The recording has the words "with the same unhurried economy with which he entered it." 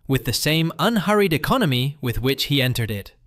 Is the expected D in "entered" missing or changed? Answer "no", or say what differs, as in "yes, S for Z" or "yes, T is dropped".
no